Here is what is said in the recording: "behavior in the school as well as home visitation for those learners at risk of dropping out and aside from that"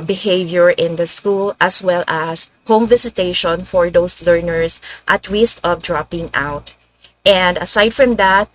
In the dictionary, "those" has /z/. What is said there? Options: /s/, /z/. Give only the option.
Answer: /s/